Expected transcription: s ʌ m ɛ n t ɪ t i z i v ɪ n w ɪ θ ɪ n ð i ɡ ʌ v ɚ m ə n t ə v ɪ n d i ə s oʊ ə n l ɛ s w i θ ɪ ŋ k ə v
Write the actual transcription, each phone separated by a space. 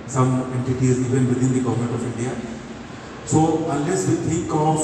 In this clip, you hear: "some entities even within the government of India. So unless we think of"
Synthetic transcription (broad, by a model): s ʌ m ɛ n t ɪ t i z i v ɪ n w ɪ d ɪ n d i ɡ ʌ v ɚ m ə n t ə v ɪ n d i ə s oʊ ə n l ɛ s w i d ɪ k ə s